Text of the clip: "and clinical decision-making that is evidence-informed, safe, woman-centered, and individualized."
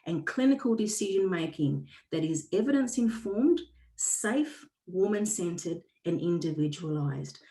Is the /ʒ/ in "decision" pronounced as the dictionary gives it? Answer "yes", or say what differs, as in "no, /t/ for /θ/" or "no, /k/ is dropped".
yes